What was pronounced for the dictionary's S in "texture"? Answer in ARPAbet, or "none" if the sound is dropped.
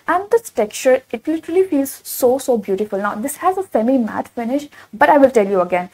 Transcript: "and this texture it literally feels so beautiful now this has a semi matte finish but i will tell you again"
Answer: none